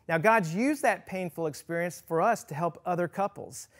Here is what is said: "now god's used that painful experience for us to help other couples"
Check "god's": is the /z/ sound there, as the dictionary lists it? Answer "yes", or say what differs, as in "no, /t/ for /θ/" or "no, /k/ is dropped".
yes